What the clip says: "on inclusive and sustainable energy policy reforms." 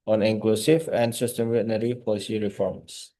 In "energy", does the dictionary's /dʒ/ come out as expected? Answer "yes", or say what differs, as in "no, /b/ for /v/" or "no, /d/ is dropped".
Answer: no, /dʒ/ is dropped